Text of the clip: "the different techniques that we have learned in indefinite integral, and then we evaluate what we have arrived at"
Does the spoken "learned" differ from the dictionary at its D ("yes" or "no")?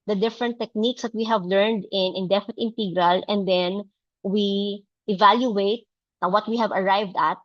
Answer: no